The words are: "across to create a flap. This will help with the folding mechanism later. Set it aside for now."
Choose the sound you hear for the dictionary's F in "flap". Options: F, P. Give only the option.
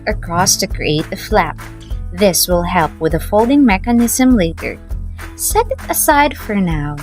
F